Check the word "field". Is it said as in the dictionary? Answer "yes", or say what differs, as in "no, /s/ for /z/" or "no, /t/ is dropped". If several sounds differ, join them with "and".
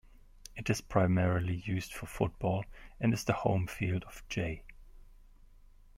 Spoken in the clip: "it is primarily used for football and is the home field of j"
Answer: yes